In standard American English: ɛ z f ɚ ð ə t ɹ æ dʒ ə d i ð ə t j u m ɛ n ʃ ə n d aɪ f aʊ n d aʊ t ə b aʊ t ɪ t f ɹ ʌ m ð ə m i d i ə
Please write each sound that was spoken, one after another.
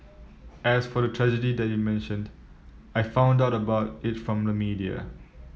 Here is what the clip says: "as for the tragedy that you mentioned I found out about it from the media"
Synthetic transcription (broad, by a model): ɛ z f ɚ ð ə t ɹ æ dʒ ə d i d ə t j u m ɛ n ʃ ə n d aɪ f aʊ n d aʊ t ə b aʊ t ɪ t f ɹ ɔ m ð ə m i d i ə